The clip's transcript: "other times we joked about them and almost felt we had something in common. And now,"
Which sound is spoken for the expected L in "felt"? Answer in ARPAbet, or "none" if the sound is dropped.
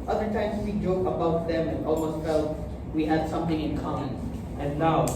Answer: L